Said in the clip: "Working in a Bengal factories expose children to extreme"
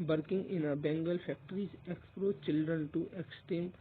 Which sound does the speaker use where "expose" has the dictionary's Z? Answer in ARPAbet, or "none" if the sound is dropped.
none